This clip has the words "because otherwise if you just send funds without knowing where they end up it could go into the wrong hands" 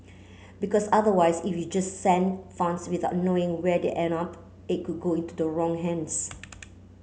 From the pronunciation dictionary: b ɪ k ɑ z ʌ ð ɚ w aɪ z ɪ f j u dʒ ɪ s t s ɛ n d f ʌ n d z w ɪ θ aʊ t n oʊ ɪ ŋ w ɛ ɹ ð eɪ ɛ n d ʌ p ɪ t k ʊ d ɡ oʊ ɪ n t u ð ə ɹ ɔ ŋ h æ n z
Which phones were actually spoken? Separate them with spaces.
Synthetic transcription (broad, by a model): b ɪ k ɑ s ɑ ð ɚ w aɪ s ɪ f j u dʒ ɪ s s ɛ n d f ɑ n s w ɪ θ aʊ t n oʊ ɪ ŋ w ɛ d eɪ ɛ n ʌ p ɪ t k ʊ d ɡ oʊ ɪ n t u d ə ɹ ɔ ŋ h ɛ n s